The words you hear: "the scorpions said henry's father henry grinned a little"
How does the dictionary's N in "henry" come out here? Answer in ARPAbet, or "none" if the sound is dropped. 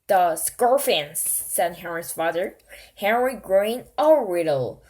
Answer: N